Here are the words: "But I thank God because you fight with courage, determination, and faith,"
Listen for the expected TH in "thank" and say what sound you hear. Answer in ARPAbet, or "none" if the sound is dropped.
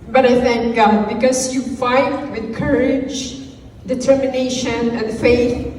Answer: TH